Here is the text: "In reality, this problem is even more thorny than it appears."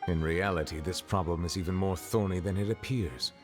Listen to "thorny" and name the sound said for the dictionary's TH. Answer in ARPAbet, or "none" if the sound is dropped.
TH